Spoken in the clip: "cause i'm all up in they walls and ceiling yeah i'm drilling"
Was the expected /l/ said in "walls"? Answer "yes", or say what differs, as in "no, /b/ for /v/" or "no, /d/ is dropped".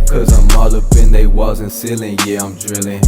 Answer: no, /l/ is dropped